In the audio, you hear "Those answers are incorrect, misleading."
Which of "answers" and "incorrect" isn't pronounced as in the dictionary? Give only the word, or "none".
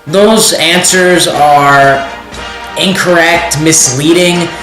none